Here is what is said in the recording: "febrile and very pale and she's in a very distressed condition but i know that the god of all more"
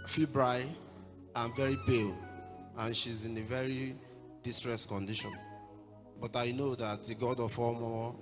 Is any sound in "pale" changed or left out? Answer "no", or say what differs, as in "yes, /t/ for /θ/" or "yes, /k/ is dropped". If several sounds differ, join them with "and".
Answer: yes, /b/ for /p/